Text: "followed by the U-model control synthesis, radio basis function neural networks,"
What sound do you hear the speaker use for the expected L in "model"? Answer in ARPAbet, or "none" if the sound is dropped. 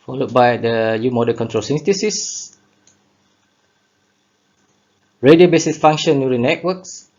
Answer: N